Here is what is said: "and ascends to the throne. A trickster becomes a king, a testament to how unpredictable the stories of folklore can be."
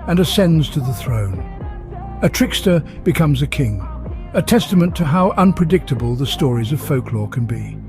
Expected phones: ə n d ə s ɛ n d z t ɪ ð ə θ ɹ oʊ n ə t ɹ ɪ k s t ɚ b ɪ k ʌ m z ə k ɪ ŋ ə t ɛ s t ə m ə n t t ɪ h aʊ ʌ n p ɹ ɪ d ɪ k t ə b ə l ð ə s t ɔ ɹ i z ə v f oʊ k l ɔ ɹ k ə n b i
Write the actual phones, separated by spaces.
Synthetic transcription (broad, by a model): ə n ə s ɛ n d z t ɪ ð ə θ ɹ oʊ n ə t ɹ ɪ k s t ɚ b ɪ k ʌ m z ə k ɪ ŋ ə t ɛ s t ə m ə n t t ɪ h aʊ ʌ n p ɹ ɪ d ɪ k t ə b ə l ð ə s t ɔ ɹ i z ə v f oʊ k l ɔ ɹ k ə n b i